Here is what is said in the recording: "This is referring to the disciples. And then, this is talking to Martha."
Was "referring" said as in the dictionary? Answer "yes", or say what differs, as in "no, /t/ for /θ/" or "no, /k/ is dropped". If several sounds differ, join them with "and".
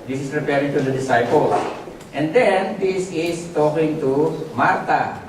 no, /p/ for /f/